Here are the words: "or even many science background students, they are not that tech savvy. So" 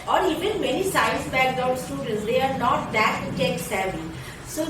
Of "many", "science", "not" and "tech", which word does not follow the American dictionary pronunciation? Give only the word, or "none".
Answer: science